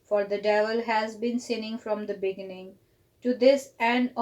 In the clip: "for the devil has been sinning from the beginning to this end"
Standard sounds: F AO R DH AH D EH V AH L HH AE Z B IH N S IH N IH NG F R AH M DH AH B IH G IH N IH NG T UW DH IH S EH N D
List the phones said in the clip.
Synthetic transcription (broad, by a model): F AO R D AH D EH V AH L HH AE Z B IH N S IH N IH NG F R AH M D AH B IH G IH N IH NG T UW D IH S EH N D